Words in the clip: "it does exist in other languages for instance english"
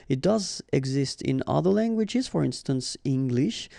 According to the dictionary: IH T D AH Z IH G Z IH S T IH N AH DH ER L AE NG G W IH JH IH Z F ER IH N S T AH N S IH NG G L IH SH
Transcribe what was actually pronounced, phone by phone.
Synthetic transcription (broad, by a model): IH T D AH Z IH G Z IH S T IH N AH DH ER L AE NG G W IH JH IH Z F ER IH N S T AH N S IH NG G L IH SH